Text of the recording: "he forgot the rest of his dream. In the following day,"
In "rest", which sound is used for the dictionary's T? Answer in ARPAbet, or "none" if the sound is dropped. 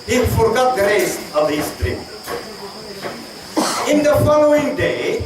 none